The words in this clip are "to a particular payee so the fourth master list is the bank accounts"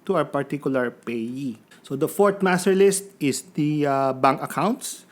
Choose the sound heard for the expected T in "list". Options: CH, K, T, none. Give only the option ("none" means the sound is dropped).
T